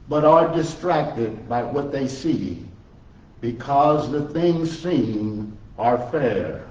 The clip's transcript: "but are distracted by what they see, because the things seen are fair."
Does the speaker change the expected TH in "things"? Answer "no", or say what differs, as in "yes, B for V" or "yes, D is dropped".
no